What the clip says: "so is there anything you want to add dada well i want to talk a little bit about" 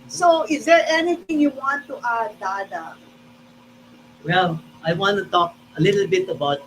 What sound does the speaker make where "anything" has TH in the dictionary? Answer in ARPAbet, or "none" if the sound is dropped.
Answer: T